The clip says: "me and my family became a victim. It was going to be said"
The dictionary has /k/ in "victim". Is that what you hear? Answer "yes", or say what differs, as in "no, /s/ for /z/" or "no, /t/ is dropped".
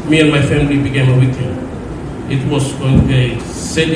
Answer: no, /k/ is dropped